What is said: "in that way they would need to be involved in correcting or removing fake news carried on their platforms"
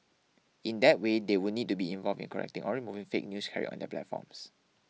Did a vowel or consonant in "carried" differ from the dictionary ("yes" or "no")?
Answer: yes